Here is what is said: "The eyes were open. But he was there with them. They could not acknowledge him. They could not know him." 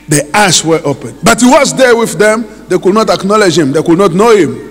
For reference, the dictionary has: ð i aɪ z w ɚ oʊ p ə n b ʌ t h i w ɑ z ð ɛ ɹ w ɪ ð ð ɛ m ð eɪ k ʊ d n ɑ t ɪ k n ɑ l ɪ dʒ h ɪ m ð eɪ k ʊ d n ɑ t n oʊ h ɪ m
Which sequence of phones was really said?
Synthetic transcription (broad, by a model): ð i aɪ s w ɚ oʊ p ə n b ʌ t h i w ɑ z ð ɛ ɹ w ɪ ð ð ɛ m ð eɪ k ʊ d n ɑ t ɪ k n ɑ l ɪ dʒ h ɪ m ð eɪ k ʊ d n ɑ t n oʊ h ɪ m